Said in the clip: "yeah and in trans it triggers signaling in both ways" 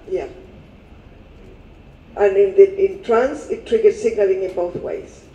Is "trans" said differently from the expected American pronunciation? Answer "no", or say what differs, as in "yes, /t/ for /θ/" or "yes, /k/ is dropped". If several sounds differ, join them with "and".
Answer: yes, /s/ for /z/